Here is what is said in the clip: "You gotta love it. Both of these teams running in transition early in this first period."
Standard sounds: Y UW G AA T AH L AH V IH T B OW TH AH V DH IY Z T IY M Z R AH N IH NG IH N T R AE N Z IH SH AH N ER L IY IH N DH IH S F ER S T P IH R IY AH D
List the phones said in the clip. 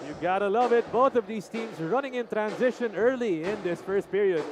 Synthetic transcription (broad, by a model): Y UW G AA T AH L AH V IH T B OW TH AH V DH IY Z T IY M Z R AH N IH NG IH N T R AE N Z IH SH AH N ER L IY IH N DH IH S F ER S T P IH R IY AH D